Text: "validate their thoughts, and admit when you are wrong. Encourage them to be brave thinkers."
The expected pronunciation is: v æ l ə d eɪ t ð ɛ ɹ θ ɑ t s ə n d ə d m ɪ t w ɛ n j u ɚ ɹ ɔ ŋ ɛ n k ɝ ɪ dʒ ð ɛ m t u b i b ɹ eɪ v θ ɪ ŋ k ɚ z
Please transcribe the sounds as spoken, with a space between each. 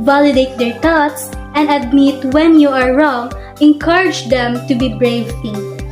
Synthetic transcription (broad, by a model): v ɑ l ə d eɪ t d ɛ ɹ t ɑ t s ə n d ə d m ɪ t w ɛ n j u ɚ ɹ ɔ ŋ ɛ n k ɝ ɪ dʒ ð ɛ m t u b i b ɹ eɪ v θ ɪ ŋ